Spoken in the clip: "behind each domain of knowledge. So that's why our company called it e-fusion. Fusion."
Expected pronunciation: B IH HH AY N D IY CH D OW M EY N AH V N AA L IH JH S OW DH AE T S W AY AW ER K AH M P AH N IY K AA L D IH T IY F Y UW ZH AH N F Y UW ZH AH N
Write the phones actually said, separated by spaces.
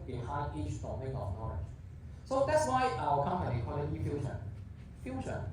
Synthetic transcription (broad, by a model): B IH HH AY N IY CH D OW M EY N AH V N AA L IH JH S OW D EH T S W AY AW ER K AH M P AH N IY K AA D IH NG IY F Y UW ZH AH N F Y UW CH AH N